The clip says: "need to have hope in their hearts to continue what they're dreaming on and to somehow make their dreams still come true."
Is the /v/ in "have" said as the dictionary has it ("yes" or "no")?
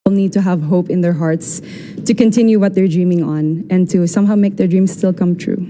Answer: yes